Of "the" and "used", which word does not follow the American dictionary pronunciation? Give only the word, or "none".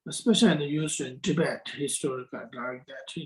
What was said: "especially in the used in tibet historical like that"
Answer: used